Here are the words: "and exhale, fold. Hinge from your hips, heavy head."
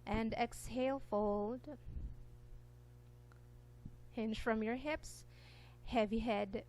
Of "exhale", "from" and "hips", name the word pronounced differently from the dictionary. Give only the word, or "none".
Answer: none